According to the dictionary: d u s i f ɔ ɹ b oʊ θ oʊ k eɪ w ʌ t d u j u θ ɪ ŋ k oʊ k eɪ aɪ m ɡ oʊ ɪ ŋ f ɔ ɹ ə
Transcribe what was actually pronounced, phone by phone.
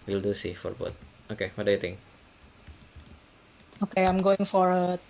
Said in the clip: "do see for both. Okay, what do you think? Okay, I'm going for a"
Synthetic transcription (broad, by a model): d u s i f ɔ ɹ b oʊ t oʊ k eɪ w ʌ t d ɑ j u t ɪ ŋ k oʊ k eɪ aɪ m ɡ oʊ ɪ ŋ f ɔ ɹ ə